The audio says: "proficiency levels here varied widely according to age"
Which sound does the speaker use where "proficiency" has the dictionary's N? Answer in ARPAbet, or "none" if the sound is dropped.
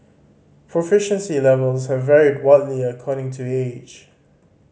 N